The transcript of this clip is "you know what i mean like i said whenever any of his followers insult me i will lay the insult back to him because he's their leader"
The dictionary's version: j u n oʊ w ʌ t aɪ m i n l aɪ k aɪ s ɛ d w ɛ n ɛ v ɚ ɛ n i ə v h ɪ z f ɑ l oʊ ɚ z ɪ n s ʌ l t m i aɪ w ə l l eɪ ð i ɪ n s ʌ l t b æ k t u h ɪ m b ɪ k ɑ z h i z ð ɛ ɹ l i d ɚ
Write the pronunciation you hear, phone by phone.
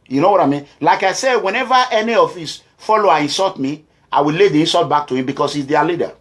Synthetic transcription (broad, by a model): j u n oʊ w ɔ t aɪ m i n l aɪ k aɪ s ɛ d w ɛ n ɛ v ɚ ɛ n i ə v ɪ s f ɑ l oʊ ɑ ɪ n s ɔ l t m i aɪ w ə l l eɪ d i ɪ n s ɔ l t b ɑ k t u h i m b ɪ k ɑ s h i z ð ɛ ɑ l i d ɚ